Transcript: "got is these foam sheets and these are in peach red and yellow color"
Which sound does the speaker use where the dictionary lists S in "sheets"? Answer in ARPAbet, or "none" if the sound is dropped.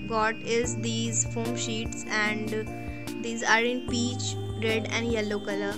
S